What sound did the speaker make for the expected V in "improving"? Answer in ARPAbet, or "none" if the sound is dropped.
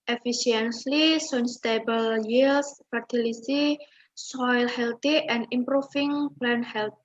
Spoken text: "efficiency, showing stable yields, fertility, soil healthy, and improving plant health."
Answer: F